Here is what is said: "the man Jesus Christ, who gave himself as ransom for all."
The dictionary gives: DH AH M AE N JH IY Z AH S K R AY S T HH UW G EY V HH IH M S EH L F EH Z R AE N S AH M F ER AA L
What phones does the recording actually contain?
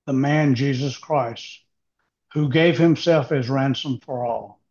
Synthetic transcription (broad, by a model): DH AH M AE N JH IY Z AH S K R AY S T HH UW G EY V HH IH M S EH L F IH Z R AE N S AH M F ER AA L